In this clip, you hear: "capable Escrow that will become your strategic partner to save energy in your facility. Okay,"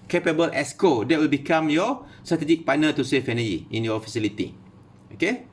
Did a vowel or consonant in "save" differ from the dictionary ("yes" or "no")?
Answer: yes